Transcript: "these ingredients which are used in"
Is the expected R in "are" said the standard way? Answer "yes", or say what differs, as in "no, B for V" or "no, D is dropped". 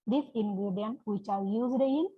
no, L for R